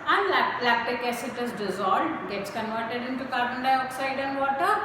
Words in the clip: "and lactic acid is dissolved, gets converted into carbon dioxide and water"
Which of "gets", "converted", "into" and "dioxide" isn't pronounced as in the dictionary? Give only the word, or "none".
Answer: none